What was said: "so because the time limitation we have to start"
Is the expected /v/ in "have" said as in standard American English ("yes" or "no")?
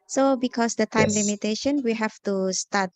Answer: no